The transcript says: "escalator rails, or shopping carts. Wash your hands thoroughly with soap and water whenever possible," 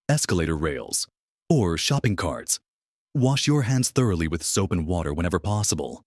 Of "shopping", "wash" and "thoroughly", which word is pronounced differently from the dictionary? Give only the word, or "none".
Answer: none